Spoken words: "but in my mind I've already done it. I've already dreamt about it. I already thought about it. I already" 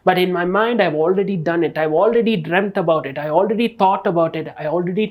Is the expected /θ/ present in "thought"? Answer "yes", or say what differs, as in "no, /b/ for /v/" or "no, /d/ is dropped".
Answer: no, /t/ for /θ/